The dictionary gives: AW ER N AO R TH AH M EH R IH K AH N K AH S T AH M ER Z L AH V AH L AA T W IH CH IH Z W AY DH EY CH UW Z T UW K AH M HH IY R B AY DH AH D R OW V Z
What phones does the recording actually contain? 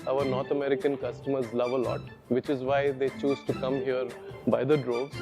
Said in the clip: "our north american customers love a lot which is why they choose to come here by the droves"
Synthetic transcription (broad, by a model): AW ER N AO R T AH M EH R IH K AH N K AH S T AH M ER Z L AH V AH L AA T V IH CH IH Z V AY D EY CH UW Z T UW K AH M HH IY R B AY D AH D R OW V